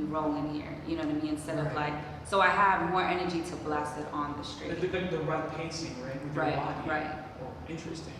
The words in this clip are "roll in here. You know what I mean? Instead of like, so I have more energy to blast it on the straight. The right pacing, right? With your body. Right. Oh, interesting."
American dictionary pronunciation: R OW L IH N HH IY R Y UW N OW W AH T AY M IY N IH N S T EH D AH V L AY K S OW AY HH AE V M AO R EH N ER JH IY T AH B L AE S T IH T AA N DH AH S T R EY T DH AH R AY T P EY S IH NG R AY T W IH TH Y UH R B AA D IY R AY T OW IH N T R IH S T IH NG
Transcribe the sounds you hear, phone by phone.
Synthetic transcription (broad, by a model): R OW L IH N HH IY R Y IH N OW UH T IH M IY IH N S T EH D AH V L AY K S OW AY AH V M AO R EH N ER JH IY T AH B L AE S IH T N DH AH S T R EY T DH AH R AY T P EY S IH NG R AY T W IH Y R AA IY R AY T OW IH N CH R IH S T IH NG